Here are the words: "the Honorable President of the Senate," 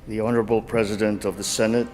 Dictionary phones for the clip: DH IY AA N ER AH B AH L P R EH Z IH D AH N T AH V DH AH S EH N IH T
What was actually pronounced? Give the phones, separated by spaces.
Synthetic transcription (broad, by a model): DH IY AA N ER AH B L P R EH Z IH D AH N T AH V DH AH S EH N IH T